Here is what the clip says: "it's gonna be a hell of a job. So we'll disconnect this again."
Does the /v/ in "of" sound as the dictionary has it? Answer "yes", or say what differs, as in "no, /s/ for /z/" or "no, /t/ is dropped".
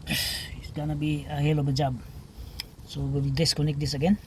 no, /b/ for /v/